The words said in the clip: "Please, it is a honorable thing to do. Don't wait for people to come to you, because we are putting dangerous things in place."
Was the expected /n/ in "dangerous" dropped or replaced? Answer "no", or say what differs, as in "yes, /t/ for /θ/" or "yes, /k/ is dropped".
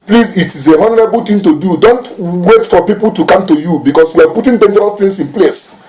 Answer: no